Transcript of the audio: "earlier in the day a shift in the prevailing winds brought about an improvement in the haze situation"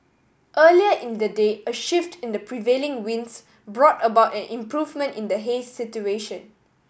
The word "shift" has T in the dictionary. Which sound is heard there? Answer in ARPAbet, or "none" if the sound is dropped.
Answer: T